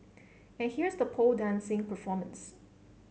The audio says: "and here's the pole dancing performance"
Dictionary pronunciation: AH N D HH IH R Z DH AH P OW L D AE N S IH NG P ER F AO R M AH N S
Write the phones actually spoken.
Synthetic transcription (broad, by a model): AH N HH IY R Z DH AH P OW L D AE N S IH NG P ER F AO R M AH N S